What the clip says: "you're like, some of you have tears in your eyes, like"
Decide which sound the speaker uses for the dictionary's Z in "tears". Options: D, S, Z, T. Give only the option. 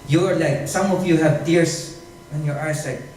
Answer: S